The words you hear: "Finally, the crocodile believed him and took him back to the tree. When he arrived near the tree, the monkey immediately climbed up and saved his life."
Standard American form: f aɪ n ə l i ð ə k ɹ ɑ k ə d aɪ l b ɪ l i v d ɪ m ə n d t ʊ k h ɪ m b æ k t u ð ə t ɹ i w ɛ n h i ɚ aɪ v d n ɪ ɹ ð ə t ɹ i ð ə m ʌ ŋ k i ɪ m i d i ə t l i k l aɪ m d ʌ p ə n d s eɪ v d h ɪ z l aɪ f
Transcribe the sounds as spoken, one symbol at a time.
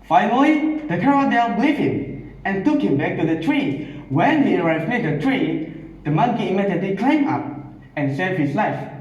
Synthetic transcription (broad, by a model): f aɪ n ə l i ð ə k ɑ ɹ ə d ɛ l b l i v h ɪ m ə n t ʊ k h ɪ m b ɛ k t u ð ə t ɹ i w ɛ n h i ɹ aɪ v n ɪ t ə t ɹ i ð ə m ʌ ŋ k i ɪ m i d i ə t l i k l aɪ m ɑ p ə n s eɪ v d h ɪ s l aɪ f